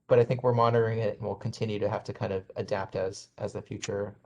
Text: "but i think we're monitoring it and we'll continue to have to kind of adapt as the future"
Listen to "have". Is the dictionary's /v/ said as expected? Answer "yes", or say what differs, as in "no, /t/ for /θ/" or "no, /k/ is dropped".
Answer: no, /f/ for /v/